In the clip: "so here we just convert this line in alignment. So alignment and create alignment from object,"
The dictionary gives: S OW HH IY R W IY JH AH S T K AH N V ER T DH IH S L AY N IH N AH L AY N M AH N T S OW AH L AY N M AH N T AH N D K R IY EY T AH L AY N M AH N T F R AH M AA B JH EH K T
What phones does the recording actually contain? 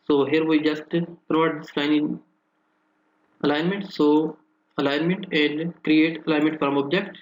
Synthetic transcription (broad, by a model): S OW HH IY R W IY JH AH S T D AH V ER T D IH S L AY N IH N AH L AY N M AH N T S OW AH L AY N M AH N T AH N D K R IY EY T AH L AY N M AH N T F R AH M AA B JH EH K T